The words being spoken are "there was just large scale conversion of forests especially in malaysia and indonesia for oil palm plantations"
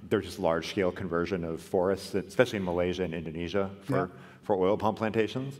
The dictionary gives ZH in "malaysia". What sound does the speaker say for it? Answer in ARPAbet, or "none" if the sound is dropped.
ZH